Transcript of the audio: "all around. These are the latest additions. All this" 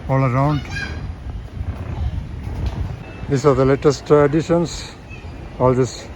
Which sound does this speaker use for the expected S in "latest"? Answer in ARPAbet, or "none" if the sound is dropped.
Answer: S